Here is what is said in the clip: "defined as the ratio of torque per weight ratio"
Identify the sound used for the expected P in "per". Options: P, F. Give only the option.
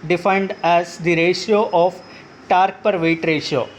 P